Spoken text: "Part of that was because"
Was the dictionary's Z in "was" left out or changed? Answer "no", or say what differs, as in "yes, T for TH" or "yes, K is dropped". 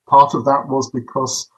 no